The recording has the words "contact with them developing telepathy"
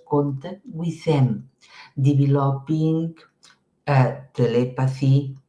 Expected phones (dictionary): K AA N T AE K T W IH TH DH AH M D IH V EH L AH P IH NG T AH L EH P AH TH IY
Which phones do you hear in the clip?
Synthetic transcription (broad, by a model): K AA N T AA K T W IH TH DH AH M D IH B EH L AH P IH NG T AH L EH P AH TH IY